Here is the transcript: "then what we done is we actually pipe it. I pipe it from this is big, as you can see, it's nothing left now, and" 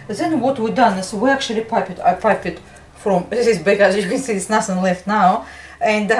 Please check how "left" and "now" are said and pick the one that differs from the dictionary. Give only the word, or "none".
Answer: none